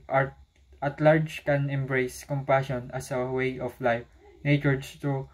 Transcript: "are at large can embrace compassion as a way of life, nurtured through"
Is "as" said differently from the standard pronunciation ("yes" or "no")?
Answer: yes